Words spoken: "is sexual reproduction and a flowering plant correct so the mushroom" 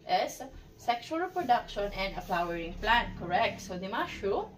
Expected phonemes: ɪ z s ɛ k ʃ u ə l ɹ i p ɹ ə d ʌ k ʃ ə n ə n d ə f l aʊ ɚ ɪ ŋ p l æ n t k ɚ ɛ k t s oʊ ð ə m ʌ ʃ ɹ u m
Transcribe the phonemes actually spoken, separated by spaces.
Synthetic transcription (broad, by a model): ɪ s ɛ k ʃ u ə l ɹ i p ɹ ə d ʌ k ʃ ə n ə n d ə p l aʊ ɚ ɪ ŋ p l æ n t k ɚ ɛ k t s oʊ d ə m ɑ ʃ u